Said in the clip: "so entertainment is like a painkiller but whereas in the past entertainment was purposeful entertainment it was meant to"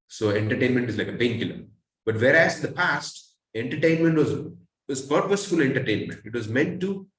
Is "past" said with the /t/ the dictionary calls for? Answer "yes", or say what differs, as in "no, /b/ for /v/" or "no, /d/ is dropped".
yes